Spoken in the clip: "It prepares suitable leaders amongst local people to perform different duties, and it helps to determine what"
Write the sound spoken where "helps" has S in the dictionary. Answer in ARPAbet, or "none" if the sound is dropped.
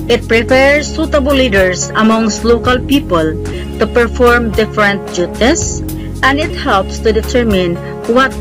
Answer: S